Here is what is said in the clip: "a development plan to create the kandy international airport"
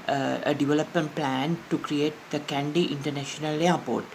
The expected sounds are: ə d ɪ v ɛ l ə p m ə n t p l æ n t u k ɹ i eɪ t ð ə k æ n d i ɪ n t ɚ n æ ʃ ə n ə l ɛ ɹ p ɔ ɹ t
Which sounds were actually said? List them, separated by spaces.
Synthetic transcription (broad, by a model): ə d ɪ v ɛ l ə p m ə n t p l æ n t u k ɹ i eɪ t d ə k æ n d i ɪ n t ɚ n æ ʃ ə n ə l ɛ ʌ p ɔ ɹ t